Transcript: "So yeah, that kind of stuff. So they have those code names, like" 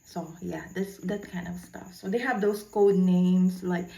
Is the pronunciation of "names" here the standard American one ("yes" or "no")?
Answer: no